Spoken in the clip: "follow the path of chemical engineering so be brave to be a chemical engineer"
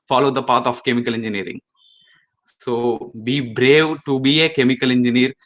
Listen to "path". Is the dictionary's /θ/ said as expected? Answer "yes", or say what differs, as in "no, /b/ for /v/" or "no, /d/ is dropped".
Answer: no, /t/ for /θ/